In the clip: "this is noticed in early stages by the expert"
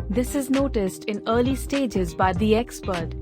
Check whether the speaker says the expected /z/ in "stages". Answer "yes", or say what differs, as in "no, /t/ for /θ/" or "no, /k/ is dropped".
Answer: yes